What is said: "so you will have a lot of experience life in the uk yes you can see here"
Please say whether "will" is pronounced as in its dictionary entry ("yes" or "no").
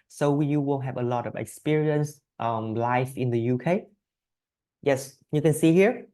no